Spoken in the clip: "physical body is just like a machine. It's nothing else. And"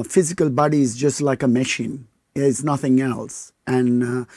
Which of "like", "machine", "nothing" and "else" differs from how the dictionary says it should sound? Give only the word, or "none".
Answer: none